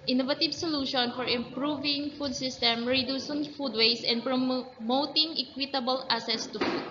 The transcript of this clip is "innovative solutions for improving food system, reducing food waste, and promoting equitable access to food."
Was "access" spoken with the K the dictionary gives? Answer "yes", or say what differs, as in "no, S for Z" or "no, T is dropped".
no, K is dropped